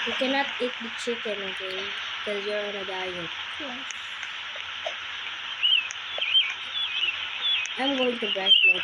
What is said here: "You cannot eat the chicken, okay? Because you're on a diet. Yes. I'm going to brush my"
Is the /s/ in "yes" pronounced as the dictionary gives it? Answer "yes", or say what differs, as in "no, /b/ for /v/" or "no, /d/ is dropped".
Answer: no, /s/ is dropped